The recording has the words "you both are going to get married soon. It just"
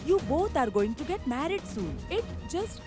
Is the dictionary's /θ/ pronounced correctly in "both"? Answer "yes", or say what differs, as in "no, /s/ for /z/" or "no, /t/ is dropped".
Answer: no, /t/ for /θ/